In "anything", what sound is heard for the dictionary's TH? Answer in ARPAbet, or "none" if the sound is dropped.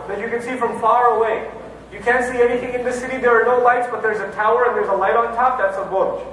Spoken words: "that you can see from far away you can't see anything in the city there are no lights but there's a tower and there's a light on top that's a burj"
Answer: TH